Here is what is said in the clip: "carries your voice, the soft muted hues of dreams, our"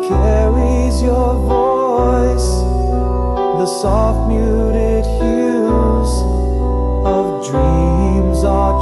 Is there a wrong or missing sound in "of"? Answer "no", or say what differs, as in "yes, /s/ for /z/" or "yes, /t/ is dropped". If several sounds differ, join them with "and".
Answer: no